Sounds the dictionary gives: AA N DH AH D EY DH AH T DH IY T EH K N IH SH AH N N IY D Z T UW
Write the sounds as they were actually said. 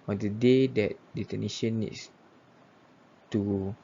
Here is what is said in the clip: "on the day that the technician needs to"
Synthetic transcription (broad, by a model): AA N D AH D EY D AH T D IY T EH N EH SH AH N N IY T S T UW